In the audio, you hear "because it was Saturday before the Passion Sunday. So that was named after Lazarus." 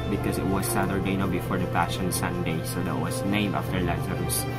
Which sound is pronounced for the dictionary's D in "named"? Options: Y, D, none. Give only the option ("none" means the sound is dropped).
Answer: none